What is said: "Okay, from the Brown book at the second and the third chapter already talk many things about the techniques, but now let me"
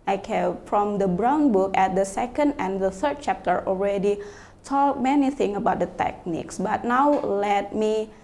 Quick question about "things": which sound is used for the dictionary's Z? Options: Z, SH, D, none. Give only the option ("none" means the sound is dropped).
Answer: none